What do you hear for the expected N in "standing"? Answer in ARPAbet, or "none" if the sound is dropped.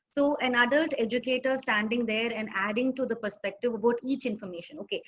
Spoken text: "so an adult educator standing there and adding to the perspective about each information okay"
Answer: N